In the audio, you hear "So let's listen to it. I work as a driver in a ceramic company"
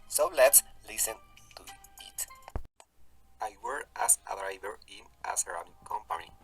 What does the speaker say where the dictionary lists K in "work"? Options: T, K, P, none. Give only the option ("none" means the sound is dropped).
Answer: none